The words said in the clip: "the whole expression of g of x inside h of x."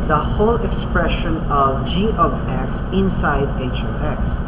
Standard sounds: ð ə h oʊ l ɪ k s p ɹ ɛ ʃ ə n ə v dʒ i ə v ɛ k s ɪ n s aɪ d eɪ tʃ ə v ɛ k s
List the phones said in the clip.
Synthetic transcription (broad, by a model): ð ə h oʊ l ɪ k s p ɹ ɛ ʃ ə n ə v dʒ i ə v ɛ k s ɪ n s aɪ d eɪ ʃ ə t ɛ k s